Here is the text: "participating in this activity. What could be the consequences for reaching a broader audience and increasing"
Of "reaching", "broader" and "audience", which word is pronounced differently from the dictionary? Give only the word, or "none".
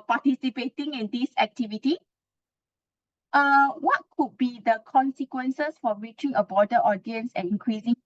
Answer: broader